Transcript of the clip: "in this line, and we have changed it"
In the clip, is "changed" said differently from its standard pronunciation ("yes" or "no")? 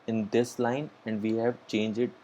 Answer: yes